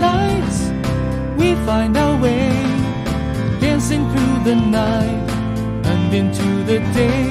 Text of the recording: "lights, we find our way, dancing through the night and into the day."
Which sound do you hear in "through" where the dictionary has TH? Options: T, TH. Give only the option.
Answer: TH